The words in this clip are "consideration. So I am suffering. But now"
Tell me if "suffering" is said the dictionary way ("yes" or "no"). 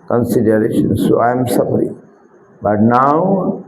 no